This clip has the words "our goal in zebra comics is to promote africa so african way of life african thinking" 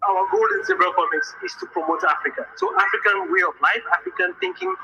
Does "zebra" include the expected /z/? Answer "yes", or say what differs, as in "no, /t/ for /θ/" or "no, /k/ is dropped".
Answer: no, /s/ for /z/